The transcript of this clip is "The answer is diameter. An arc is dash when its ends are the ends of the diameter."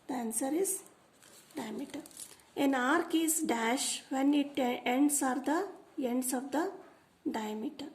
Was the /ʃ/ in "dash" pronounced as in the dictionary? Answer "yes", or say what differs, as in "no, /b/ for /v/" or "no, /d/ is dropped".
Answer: yes